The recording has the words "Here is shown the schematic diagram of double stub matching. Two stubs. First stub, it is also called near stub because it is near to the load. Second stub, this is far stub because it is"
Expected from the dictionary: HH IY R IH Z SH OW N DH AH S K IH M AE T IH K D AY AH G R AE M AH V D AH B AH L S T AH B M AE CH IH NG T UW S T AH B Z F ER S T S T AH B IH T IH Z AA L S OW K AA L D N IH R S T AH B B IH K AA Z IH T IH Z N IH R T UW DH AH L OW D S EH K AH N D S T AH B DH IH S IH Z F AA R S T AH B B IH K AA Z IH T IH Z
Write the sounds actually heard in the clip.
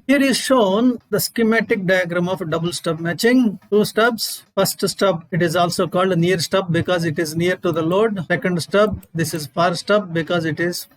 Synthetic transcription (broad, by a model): HH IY R IH Z SH OW N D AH S K IH M AE T IH K D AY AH G R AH M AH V D AH B AH L S T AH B M AE CH IH NG T UW S T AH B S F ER S T S T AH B IH T IH Z AA L S OW K AA L D N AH R S T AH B B IH K AA Z IH T IH Z N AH R T UW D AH L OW D S EH K AH N D S T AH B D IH S IH Z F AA R S T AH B B IH K AA Z IH T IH Z